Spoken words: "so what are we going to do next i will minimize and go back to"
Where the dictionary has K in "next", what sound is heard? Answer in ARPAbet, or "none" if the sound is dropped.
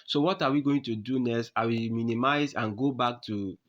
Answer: none